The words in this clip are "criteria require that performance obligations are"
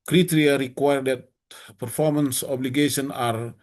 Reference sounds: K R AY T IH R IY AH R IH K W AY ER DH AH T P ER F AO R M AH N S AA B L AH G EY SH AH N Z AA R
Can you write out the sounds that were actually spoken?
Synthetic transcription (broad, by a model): K R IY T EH R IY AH R IH K W AY ER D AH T P ER F AO R M AH N S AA B L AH G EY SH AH N AA R